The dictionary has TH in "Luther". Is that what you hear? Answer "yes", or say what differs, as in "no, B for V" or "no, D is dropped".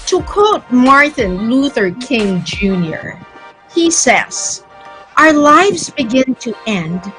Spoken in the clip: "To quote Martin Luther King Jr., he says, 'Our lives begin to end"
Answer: yes